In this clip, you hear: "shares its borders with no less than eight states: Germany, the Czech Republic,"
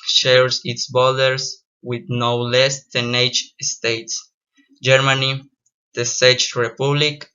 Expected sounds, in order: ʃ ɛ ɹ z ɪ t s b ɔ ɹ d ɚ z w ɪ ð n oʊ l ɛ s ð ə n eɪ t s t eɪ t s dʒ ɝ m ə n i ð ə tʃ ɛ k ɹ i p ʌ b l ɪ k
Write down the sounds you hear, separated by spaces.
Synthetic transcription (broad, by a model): ʃ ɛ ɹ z ɪ t s b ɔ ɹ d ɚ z w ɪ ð n oʊ l ɛ s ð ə n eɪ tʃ s t eɪ t s dʒ ɝ m ə n i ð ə s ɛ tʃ ɹ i p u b l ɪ k